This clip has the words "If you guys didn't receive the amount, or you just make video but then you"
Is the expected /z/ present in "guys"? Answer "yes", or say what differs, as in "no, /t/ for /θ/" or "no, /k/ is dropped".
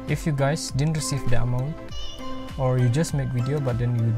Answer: no, /s/ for /z/